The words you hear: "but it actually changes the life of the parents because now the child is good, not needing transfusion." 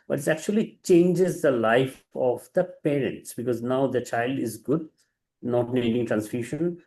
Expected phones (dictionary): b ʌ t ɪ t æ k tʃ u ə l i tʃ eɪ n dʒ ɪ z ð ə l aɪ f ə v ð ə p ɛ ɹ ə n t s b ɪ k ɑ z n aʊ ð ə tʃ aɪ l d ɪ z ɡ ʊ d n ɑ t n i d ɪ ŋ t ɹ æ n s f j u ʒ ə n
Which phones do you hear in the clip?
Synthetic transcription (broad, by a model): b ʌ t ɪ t æ k tʃ u ə l i tʃ eɪ n dʒ ɪ z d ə l aɪ f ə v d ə p ɛ ɹ ə n t s b ɪ k ɑ z n aʊ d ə tʃ aɪ l d ɪ z ɡ ʊ d n ɑ t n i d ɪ ŋ t ɹ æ n s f j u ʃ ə n